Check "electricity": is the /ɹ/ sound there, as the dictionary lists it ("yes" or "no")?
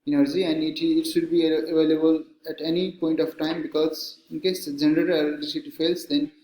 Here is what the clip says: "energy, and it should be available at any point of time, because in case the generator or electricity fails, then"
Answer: no